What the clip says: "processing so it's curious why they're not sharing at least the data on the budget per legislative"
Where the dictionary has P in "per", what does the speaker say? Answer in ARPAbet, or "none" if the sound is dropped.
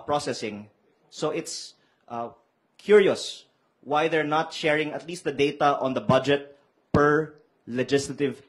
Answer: P